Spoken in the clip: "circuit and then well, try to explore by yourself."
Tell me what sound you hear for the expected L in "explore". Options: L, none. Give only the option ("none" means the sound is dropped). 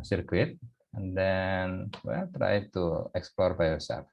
L